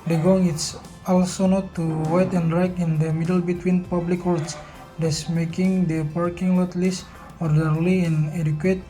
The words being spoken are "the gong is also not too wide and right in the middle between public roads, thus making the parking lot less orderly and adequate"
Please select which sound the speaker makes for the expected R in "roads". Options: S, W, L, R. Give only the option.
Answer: W